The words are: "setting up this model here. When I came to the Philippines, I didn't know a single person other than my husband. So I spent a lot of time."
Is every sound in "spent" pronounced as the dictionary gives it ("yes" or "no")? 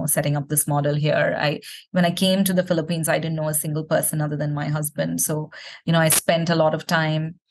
yes